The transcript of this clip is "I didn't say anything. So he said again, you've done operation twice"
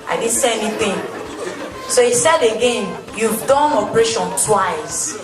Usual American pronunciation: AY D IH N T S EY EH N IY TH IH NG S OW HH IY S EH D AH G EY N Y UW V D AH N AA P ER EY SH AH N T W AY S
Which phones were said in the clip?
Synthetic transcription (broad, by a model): AY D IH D S EY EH N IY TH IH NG S OW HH IY S EH D AH G EY N Y UW V D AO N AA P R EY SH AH N T W AY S